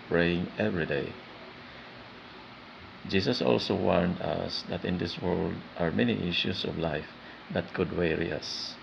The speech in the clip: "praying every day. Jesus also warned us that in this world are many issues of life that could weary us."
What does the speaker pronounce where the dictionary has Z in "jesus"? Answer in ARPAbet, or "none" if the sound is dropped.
S